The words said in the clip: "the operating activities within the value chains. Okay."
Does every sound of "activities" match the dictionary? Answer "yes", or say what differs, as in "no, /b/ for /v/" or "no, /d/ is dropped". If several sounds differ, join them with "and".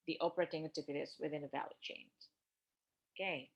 no, /k/ is dropped